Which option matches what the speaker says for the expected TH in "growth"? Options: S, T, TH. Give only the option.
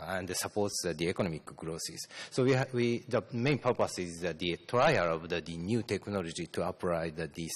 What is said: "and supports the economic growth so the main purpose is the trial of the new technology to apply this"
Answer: S